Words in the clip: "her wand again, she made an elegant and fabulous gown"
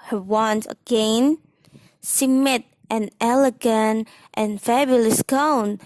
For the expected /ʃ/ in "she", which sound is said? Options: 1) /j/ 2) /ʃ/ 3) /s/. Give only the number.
3